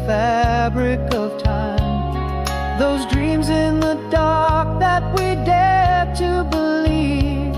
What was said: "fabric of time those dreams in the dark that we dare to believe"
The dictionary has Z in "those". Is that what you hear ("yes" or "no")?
yes